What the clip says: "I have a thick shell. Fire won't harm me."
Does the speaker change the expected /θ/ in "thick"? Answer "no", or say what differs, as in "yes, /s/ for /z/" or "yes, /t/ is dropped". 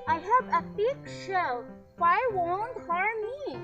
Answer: yes, /f/ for /θ/